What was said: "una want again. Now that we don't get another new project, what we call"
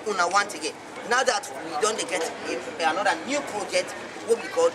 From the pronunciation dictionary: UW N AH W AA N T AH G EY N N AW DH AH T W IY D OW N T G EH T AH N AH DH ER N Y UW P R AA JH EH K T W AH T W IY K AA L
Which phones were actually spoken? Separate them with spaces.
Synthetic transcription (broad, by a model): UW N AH W AA N T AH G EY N N AW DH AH T W IY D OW N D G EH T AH N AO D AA N Y UW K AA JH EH T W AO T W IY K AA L